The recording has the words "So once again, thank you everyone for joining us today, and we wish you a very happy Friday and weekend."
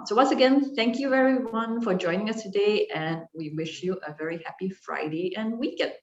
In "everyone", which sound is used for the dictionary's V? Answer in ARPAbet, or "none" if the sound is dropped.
none